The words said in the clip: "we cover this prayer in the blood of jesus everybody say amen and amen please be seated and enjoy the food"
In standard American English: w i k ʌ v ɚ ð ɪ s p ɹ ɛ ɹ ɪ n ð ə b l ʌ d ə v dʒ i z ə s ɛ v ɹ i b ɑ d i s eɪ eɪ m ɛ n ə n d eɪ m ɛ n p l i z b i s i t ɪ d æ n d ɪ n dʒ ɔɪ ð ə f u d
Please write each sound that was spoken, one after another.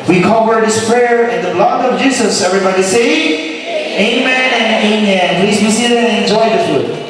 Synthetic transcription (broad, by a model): w i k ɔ w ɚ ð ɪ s p ɹ ɛ ɹ ɪ n ð ə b l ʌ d ə v dʒ i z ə s ɛ v ɹ i b ɑ d i s eɪ eɪ m ɛ n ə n eɪ m ɛ n p l i z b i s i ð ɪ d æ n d ɪ n dʒ ɔɪ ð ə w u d